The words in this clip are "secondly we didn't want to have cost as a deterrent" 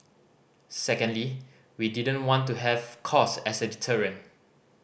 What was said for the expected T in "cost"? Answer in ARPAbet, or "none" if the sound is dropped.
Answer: none